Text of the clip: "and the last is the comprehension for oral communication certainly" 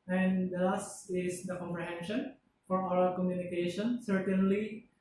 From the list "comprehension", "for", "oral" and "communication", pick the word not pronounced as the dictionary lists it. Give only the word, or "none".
oral